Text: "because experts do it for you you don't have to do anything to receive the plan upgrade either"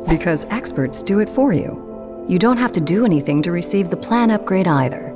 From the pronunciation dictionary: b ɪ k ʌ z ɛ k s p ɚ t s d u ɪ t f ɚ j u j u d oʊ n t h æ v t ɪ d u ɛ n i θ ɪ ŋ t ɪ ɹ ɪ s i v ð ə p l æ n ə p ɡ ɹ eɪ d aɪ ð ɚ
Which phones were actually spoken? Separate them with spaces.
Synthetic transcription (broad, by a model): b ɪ k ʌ z ɛ k s p ɚ t s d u ɪ t f ɚ j u j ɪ d oʊ n t h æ f t ɪ d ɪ ɛ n i θ ɪ ŋ t ɪ ɹ ɪ s i v ð ə p l æ n ə p ɡ ɹ eɪ d aɪ ð ɚ